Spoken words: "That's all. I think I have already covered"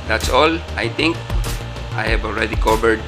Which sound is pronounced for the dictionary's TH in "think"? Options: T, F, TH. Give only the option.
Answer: T